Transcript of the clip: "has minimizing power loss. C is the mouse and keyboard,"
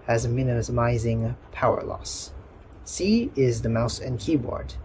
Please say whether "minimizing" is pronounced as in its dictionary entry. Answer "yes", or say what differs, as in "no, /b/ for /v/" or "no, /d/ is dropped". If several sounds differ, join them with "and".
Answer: yes